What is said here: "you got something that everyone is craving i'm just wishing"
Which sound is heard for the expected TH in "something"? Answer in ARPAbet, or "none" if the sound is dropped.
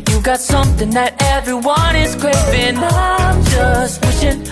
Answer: TH